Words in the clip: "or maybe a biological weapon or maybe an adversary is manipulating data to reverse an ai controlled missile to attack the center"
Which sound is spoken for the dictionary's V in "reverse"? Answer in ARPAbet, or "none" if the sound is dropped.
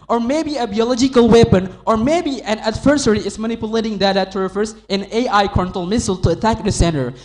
F